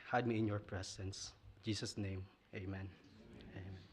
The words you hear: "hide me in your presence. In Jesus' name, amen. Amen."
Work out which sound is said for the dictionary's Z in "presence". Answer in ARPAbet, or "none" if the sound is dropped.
S